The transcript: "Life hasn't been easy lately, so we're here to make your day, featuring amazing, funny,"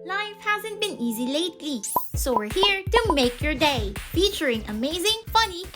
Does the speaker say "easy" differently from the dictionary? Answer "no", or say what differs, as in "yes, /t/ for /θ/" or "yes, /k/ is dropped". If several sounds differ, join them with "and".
no